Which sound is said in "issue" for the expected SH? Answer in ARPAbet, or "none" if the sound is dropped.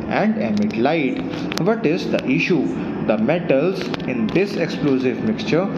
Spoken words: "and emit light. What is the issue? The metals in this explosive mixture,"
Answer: SH